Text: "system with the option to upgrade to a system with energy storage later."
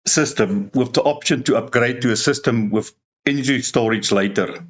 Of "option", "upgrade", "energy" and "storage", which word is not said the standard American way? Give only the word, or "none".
energy